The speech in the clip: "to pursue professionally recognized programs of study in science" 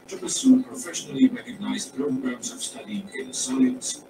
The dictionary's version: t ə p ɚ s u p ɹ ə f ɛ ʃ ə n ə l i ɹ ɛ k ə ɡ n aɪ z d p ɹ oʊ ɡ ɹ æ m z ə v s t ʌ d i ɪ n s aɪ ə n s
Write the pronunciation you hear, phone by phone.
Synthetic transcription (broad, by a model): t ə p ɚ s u p ɹ ə f ɛ ʃ ə n ə l i ɹ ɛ k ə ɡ n aɪ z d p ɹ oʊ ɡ ɹ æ m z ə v s t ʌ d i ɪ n s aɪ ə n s